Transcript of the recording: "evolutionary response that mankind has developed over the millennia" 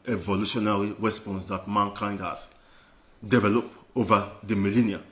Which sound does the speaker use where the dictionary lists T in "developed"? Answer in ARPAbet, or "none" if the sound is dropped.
none